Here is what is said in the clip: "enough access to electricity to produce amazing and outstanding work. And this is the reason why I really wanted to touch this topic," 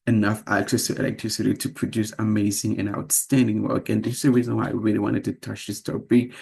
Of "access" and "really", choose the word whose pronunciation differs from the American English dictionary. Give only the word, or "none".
none